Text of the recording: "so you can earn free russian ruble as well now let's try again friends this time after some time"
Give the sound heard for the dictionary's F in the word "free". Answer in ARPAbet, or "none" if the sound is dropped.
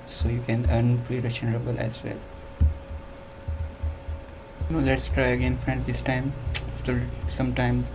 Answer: P